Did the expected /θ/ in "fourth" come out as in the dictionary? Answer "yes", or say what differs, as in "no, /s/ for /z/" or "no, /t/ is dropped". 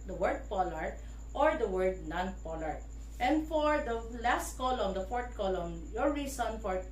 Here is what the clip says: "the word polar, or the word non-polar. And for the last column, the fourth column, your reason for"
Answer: no, /t/ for /θ/